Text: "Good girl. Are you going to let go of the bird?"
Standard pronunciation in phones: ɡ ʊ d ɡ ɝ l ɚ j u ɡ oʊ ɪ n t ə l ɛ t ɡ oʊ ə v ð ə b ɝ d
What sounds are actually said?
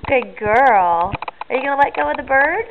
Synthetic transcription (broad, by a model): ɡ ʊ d ɡ ɝ l ɚ j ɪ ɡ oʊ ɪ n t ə l ɛ t ɡ oʊ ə w ð ə b ɝ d